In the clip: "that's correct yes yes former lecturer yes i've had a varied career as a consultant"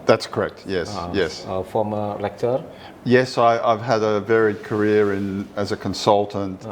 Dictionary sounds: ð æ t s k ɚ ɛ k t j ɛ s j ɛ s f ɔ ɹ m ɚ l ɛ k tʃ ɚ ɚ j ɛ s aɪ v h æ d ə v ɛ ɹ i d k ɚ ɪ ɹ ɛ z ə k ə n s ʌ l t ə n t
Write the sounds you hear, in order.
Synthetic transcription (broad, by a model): ð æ t s k ɚ ɛ k t j ɛ s j ɛ s f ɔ m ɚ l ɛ k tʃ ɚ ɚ j ɛ s aɪ v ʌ d ə v ɛ ɹ i d k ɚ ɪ ɹ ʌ z ə k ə n s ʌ l t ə n t